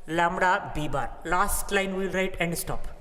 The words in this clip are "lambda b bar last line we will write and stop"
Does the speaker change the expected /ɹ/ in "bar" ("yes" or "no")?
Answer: no